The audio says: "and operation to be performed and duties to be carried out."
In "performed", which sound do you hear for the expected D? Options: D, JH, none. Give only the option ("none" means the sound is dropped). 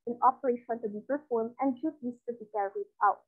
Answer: none